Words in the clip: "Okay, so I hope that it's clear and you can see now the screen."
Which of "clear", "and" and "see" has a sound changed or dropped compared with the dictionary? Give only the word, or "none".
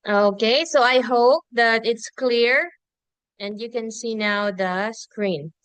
none